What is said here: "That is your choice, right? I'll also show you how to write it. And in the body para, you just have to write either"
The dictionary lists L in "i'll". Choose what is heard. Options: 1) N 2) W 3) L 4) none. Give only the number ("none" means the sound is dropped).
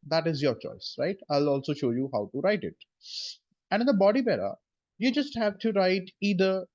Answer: 3